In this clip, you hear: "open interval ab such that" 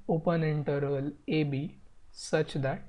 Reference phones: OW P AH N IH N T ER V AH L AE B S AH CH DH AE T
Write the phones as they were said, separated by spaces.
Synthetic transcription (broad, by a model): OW P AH N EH N T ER AH L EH B S AH CH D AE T